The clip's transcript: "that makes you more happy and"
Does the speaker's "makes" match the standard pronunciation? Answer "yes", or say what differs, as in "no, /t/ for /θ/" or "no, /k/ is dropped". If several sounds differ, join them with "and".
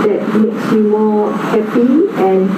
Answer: yes